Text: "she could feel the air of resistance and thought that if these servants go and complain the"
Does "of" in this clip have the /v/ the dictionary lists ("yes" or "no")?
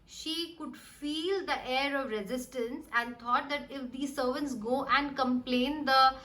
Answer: yes